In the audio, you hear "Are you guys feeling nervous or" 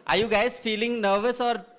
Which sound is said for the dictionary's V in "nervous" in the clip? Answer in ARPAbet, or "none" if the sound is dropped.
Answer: V